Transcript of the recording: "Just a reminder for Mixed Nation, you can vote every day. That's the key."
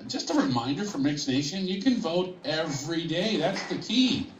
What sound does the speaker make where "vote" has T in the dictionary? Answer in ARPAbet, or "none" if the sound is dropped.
T